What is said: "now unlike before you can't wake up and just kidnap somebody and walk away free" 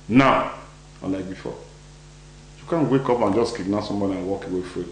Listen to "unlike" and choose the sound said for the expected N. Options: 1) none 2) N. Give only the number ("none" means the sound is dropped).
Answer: 1